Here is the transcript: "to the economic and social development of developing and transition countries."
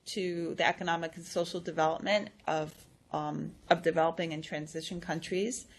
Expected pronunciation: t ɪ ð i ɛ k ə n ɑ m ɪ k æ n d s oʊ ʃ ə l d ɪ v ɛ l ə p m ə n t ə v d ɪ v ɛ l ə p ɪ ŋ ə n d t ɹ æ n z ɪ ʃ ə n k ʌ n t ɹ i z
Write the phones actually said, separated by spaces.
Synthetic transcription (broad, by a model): t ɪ ð i ɛ k ə n ɑ m ɪ k n s oʊ ʃ l d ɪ v ɛ l ə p m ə n t ə v d ɪ v ɛ l ə p ɪ ŋ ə n t ɹ æ n z ɪ ʃ ə n k ʌ n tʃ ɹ i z